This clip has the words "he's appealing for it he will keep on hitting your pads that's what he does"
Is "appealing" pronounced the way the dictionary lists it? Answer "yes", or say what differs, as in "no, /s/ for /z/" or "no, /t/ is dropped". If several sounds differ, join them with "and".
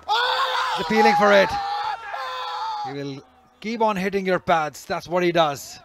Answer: no, /f/ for /p/